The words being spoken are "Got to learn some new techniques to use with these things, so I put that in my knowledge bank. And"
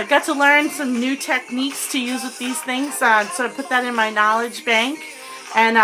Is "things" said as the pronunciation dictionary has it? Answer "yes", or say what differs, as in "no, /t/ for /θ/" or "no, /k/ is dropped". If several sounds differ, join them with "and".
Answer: yes